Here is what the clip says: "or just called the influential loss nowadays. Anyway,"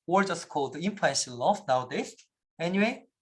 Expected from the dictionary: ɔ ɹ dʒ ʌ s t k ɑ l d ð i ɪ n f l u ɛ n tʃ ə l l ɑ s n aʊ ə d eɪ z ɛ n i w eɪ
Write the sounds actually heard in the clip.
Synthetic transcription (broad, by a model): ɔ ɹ dʒ ʌ s t k ɑ l d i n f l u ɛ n ʃ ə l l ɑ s n aʊ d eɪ s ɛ n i w eɪ